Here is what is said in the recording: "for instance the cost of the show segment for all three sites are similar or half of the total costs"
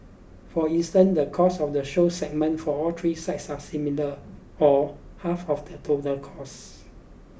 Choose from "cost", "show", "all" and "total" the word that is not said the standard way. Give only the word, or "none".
cost